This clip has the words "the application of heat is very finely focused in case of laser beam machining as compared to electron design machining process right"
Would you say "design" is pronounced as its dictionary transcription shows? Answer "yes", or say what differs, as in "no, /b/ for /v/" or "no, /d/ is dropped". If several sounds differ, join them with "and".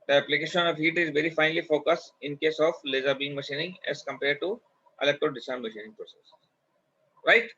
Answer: no, /s/ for /z/